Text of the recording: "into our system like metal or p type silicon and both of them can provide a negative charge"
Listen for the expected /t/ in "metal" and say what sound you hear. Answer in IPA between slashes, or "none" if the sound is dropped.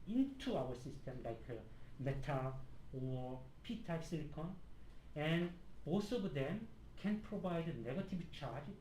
/t/